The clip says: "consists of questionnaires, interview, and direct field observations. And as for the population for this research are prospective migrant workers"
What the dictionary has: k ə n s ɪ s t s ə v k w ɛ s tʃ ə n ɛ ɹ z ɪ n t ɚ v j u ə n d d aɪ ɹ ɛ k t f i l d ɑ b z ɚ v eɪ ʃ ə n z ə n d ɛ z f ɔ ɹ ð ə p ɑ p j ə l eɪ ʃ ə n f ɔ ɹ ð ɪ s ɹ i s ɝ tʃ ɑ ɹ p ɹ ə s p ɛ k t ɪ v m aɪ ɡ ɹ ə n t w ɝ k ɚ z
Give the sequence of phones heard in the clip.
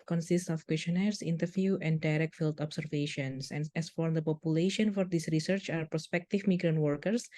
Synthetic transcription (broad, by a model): k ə n s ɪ s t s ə f k w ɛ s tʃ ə n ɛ ɹ s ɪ n t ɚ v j u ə n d d aɪ ɹ ɛ k t f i l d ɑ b s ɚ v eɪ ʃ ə n s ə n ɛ s f ɔ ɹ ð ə p ɑ p j ə l eɪ ʃ ə n f ɔ ɹ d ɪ s ɹ i s ɝ tʃ ɑ ɹ p ɹ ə s p ɛ k t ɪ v m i ɡ ɹ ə n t w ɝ k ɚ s